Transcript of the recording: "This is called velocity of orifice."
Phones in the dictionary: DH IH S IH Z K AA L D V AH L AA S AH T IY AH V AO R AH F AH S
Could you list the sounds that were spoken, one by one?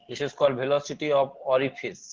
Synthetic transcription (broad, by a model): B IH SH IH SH K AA D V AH L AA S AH T IY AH B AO R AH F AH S